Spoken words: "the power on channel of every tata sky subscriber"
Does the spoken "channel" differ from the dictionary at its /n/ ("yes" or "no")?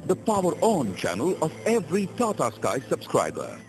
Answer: no